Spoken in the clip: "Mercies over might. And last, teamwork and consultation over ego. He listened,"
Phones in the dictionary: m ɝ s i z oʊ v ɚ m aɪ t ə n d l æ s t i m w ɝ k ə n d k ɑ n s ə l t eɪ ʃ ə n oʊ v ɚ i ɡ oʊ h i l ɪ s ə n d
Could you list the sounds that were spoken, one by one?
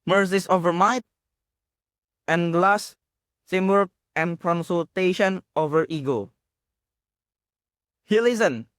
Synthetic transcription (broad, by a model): m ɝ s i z oʊ v ɚ m aɪ t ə n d l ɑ s s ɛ m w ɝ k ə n k ɑ n s ə l t eɪ ʃ ə n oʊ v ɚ i ɡ oʊ h i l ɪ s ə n